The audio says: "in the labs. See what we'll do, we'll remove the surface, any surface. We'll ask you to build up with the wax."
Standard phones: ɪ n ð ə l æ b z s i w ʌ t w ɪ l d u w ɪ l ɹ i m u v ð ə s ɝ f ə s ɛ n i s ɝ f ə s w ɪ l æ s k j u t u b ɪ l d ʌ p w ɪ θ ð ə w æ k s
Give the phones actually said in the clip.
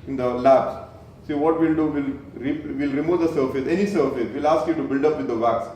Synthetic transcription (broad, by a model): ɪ n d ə l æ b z s i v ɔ t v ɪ l d u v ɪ l ɹ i m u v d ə s ɝ f ə s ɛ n i s ɝ f ə s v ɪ l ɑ s k j u t u b ɪ l d ʌ p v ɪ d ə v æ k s